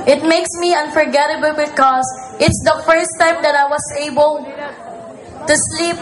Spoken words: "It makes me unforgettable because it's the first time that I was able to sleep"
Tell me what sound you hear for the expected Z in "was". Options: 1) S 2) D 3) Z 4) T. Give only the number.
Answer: 1